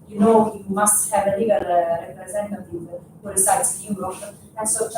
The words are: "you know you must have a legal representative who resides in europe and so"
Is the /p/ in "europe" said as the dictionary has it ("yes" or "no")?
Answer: no